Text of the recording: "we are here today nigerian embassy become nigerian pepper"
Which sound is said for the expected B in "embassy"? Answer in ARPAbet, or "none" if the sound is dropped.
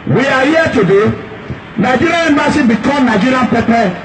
none